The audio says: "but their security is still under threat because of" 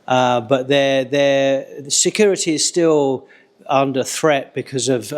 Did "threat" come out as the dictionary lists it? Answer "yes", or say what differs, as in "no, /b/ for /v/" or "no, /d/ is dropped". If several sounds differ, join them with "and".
yes